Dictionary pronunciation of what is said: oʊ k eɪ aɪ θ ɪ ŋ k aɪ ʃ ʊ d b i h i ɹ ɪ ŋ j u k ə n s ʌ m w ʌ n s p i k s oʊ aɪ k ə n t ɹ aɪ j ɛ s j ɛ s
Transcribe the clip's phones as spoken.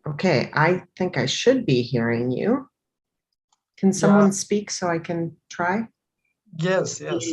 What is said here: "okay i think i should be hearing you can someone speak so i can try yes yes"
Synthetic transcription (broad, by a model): oʊ k eɪ aɪ θ ɪ ŋ k aɪ ʃ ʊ d b i h i ɹ ɪ ŋ j u k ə n s ʌ m w ʌ n s p i k s oʊ aɪ k ə n t ɹ aɪ j ɛ s j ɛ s